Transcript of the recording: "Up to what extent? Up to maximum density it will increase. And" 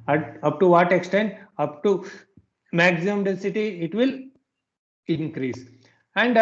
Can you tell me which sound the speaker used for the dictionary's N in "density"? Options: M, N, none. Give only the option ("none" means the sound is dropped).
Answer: none